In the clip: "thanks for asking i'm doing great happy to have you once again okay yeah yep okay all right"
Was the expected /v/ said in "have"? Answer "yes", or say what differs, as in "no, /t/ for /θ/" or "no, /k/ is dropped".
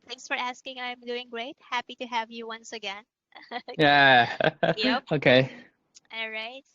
yes